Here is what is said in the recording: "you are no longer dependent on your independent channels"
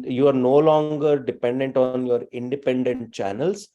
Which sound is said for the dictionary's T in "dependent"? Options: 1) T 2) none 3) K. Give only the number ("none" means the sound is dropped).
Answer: 1